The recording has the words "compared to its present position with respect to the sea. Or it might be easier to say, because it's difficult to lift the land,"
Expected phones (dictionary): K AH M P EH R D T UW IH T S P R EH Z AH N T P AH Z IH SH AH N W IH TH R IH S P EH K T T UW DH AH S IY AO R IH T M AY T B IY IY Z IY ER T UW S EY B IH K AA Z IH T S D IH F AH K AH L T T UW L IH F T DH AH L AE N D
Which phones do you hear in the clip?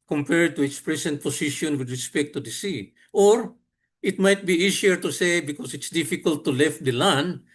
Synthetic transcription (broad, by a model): K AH M P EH R D T UW IH T S P R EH S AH N T P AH S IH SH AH N W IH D R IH S P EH K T T UW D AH S IY AO R IH T M AY T B IY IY S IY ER T UW S EY B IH K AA S IH T S D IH F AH K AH L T T UW L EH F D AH L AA N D